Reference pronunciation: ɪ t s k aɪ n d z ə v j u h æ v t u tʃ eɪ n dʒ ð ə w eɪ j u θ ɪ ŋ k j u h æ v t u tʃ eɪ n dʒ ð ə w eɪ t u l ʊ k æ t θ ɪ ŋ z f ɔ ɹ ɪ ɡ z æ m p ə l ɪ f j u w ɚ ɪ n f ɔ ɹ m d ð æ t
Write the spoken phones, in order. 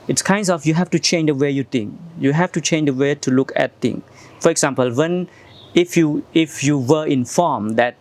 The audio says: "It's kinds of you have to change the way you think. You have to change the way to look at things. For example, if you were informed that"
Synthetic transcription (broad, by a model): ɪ t s k aɪ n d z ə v j u h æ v t u tʃ eɪ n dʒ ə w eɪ j u t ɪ ŋ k j u h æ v t u tʃ eɪ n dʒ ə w eɪ t u l ʊ k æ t t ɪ ŋ f ɔ ɹ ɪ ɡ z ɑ m p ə l ɪ f j u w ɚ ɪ n f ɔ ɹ m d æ t